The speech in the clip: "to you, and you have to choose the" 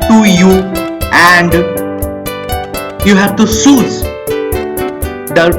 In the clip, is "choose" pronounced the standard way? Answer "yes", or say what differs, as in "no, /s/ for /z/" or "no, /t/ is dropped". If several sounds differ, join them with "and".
no, /s/ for /tʃ/